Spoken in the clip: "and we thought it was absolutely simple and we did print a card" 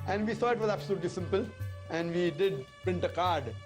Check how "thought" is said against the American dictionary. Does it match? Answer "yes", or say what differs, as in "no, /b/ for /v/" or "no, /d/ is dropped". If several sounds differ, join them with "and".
no, /s/ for /θ/ and /t/ is dropped